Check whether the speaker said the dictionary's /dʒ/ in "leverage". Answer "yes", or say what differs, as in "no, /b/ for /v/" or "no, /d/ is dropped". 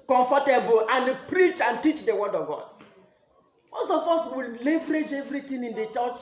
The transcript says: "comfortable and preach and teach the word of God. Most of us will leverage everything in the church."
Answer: yes